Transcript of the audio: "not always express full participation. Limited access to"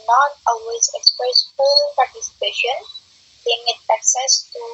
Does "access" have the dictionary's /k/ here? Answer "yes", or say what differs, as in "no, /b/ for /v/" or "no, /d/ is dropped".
yes